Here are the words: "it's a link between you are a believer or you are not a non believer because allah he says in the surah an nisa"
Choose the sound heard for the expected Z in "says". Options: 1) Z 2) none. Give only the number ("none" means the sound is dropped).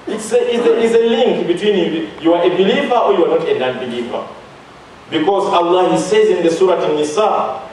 1